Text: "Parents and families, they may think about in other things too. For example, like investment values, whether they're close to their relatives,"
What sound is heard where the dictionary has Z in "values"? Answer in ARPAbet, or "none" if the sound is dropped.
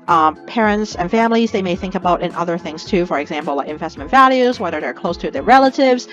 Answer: Z